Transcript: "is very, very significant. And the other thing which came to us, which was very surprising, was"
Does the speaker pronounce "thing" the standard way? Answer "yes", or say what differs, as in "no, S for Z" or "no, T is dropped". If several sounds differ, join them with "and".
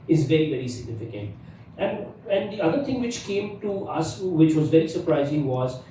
no, T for TH